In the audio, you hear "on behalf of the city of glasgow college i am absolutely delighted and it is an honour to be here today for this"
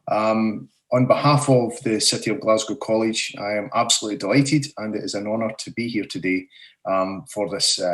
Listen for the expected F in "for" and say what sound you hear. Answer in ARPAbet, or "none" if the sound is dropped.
F